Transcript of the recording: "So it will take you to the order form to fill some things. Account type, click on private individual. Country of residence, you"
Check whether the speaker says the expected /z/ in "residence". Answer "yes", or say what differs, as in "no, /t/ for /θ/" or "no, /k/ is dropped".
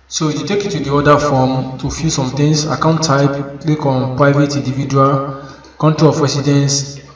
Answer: no, /s/ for /z/